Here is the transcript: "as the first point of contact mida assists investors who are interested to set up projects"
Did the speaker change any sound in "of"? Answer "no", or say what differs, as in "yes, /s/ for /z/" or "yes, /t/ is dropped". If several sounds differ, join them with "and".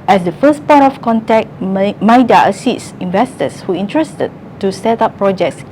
yes, /f/ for /v/